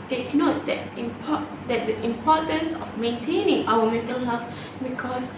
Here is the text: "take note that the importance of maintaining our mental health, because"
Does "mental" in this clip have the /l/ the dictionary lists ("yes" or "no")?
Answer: yes